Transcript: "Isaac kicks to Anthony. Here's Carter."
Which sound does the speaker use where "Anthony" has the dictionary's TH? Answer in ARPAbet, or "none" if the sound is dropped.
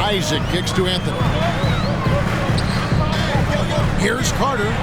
TH